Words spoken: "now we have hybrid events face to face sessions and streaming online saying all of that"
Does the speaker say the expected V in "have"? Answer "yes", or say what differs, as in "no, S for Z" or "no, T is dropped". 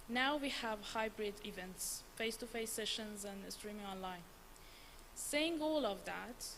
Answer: yes